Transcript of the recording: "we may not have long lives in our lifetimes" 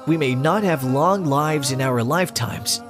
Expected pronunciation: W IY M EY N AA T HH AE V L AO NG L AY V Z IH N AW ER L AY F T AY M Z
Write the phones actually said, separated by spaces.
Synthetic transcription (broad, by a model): W IY M EY N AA T HH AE V L AO NG L AY V Z IH N AW ER L AY F T AY M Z